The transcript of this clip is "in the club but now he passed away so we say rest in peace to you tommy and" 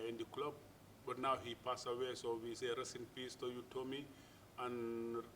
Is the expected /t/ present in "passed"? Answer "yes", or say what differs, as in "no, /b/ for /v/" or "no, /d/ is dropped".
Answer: no, /t/ is dropped